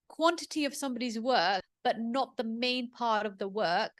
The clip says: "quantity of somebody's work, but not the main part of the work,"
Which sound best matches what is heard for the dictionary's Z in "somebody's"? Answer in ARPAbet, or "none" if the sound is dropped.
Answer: Z